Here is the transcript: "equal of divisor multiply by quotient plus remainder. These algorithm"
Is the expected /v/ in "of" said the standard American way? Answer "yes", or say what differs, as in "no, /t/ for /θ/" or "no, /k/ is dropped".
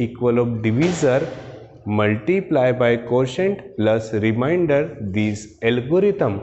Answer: no, /b/ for /v/